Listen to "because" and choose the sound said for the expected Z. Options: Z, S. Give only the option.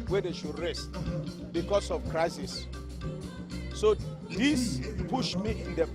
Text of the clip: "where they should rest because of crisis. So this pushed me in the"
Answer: S